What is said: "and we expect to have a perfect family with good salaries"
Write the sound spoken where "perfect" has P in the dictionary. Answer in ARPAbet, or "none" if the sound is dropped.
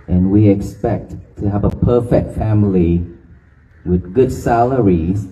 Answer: P